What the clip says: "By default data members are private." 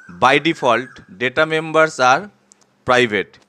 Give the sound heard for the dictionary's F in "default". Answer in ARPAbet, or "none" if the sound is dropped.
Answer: P